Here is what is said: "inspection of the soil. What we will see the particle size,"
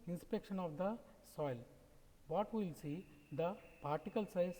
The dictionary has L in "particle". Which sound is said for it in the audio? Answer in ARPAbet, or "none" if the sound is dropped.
L